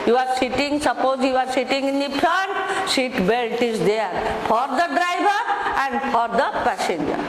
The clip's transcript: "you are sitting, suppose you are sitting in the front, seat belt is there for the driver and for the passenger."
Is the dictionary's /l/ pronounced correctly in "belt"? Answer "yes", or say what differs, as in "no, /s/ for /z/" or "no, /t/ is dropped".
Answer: yes